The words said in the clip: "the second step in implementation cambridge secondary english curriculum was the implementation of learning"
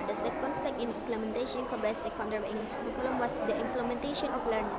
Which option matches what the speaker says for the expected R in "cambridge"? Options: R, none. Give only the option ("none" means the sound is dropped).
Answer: none